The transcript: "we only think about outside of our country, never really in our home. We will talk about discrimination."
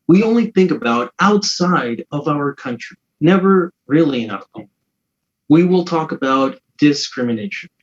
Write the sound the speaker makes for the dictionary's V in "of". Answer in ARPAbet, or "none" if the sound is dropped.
V